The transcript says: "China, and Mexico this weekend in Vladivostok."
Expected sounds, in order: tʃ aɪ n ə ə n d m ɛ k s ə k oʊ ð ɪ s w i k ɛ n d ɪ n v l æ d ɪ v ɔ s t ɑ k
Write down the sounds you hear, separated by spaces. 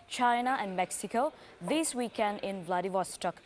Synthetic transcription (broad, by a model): tʃ aɪ n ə ə n d m ɛ k s ə k oʊ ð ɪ s w i k ɛ n d ɪ n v l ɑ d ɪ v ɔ s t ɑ k